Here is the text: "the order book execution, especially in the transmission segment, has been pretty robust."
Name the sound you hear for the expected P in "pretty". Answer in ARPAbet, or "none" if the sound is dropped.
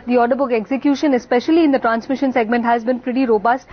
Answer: F